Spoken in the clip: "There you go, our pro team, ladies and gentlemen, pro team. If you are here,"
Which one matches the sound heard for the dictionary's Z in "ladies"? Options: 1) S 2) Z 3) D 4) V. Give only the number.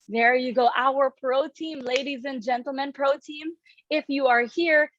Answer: 2